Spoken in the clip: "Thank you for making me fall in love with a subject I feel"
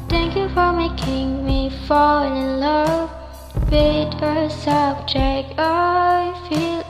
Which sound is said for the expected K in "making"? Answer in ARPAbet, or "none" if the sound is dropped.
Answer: K